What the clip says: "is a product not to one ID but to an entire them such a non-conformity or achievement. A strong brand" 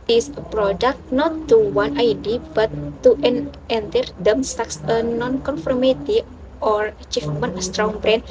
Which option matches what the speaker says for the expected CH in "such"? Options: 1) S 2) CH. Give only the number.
1